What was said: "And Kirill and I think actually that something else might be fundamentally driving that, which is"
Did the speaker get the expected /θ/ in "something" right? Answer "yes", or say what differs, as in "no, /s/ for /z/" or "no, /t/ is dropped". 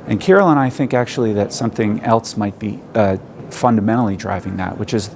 yes